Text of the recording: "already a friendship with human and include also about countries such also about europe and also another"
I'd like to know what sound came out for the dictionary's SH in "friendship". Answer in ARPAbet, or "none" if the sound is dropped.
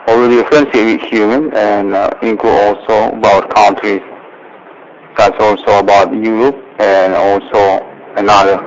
S